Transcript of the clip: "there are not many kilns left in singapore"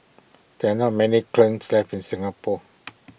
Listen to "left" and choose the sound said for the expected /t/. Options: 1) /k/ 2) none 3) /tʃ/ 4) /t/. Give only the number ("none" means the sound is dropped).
2